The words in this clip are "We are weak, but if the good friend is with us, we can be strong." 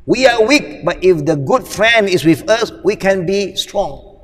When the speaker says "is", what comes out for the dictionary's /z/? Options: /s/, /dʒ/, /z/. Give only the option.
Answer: /s/